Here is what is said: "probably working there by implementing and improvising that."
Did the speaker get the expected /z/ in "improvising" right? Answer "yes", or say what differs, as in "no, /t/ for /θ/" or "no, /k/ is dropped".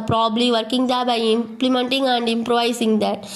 no, /s/ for /z/